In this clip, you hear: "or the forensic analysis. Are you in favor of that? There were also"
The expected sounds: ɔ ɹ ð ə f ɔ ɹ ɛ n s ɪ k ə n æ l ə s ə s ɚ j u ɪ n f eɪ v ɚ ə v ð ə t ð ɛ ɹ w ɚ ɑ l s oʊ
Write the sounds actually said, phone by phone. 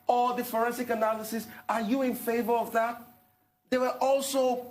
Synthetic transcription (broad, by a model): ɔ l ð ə f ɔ ɹ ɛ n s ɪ k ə n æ l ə s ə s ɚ j u ɪ n f eɪ v ɚ ə v ð ə t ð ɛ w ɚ ɑ l s oʊ